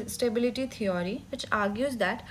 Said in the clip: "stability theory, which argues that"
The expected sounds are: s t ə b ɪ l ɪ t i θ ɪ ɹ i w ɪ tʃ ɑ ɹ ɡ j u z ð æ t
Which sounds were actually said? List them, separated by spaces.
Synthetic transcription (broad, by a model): s t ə b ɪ l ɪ t i t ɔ ɹ i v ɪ tʃ ɑ ɹ ɡ j u z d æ t